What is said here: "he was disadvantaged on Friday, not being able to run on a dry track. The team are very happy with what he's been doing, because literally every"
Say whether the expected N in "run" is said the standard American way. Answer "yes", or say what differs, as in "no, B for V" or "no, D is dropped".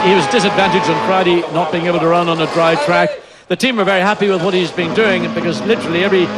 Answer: yes